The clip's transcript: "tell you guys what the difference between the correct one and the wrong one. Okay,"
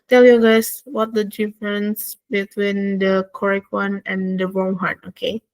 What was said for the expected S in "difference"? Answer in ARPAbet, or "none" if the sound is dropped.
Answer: S